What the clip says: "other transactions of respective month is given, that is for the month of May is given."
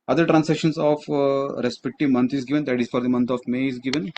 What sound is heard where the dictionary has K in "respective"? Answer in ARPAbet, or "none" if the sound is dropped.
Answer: K